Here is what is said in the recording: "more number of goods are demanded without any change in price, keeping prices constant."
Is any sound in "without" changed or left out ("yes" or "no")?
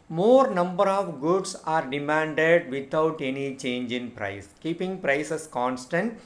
yes